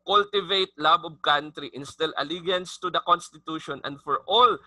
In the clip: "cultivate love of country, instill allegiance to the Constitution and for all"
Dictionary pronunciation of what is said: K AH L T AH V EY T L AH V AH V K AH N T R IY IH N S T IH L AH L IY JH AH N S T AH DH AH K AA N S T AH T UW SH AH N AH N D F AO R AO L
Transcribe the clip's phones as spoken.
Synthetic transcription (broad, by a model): K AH L T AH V EY T L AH B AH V K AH N T R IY IH N S T IH L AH L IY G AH N S T AH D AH K AA N S T AH T UW SH AH N AH N D F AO R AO L